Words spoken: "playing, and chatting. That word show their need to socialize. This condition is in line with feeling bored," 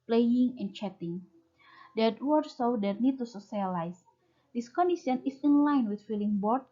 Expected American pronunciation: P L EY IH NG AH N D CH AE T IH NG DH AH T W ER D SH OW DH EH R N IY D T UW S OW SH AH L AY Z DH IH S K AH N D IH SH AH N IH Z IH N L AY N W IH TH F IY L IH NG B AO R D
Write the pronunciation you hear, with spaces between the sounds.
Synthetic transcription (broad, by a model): P L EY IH NG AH N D CH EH T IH NG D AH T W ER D S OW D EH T N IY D T UW S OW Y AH L AY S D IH S K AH N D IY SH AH N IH S IH N L AY N W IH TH F IY L IH NG B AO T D